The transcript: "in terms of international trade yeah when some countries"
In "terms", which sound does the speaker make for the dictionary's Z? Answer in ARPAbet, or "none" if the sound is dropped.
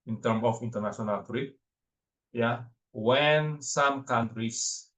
none